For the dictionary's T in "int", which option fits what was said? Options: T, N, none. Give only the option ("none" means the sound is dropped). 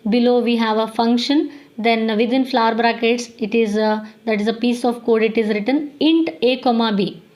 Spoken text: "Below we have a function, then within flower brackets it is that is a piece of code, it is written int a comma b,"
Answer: T